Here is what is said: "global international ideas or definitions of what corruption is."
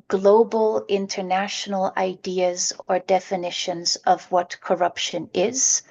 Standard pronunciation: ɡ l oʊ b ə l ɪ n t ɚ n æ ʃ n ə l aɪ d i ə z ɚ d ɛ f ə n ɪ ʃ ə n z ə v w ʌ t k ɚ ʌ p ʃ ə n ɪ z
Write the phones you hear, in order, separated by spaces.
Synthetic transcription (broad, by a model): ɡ l oʊ b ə l ɪ n t ɚ n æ ʃ n l aɪ d i ə z ɚ d ɛ f ə n ɪ ʃ ə n z ə v w ʌ t k ɚ ʌ p ʃ ə n ɪ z